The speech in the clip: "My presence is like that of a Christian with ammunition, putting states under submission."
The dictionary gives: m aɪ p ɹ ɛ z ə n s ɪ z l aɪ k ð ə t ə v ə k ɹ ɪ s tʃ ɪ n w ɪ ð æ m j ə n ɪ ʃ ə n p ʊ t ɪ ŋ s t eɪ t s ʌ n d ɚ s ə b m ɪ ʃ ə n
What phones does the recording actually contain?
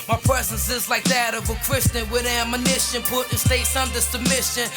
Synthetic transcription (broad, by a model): m aɪ p ɹ ɛ z ə n s ɪ z l aɪ k ð ə t ə v ə k ɹ ɪ s tʃ ɪ n w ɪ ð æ m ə n ɪ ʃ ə n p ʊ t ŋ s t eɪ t s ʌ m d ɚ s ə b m ɪ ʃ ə n